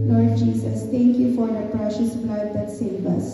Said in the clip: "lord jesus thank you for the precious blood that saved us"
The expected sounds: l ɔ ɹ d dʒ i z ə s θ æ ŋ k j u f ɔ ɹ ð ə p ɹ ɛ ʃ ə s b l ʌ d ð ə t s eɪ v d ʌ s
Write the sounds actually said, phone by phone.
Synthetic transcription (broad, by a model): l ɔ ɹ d dʒ i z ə s t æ ŋ k j u f ɔ ɹ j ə p ɹ ɛ ʃ ə s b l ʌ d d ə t s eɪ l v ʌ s